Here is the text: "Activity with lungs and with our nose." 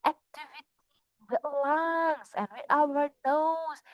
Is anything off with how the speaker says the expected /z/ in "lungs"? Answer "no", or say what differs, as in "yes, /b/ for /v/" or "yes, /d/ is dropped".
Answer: yes, /s/ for /z/